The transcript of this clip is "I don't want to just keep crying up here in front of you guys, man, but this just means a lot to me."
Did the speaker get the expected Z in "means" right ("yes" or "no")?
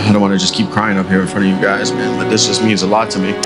yes